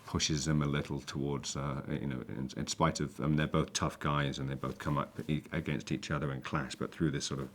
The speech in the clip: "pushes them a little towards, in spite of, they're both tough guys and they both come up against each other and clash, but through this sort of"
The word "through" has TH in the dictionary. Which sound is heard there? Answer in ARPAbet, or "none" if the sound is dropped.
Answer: TH